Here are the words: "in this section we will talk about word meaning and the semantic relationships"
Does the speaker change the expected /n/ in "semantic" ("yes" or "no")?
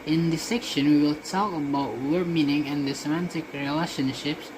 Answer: no